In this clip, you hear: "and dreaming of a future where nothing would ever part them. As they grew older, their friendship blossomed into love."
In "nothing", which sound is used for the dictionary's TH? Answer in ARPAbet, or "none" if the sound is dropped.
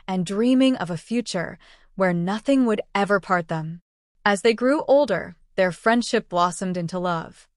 TH